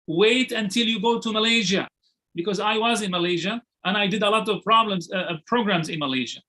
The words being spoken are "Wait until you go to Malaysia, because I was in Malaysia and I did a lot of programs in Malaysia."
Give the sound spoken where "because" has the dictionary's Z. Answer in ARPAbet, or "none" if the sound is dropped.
Z